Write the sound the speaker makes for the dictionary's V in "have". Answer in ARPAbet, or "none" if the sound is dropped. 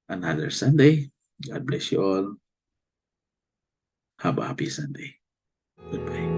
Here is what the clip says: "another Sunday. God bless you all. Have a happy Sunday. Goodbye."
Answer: B